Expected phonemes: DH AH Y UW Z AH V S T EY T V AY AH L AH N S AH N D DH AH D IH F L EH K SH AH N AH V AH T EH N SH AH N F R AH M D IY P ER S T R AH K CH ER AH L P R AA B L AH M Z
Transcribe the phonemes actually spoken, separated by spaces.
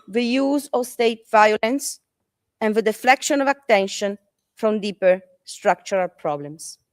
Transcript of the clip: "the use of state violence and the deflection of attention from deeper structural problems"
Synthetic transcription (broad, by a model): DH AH Y UW Z AH V S T EY T V AY AH L AH N S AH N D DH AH D IH F L EH K SH AH N AH V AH T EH N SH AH N F R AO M D IY P ER S T R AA K CH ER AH L P R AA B L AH M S